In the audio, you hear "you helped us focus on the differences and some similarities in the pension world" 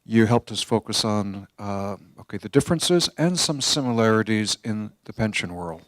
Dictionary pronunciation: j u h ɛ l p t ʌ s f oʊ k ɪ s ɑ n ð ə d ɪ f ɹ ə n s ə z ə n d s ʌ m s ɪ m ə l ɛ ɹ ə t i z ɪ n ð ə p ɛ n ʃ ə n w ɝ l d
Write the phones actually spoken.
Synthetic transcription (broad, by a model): j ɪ h ɛ l p t ʌ s f oʊ k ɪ s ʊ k ð ə d ɪ f ɹ ə n s ə z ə n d s ʌ m s ɪ m ə l ɛ ɹ ə t i z ɪ n ð ə p ɛ n ʃ ə n w ɝ l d